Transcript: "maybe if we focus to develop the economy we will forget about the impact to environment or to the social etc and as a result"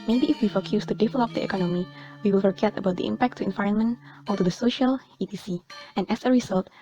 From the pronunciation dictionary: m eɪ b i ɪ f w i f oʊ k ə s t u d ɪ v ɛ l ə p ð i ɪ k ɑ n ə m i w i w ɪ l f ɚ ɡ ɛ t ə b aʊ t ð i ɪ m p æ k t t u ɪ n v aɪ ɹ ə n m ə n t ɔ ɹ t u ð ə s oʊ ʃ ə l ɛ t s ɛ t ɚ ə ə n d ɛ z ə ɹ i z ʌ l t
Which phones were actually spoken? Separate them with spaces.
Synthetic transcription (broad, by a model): m eɪ b i ɪ f w i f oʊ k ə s t u d ɪ v ɛ l ə p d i ɪ k ɑ n ə m i w i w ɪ l f ɚ ɡ ɛ t ə b aʊ t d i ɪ m p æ k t t u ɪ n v aɪ ɹ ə n m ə n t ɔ l t u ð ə s oʊ ʃ ə l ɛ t i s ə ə n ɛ s ə ɹ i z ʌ l t